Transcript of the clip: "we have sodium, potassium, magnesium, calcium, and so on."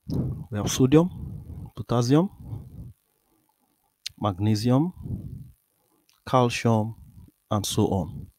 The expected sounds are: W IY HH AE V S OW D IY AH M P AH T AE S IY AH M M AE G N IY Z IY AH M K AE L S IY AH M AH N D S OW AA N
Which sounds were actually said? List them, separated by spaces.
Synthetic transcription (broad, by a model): W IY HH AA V S OW D IY AH M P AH T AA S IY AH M M AE G N IY Z IY AH M K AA L SH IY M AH N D S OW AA N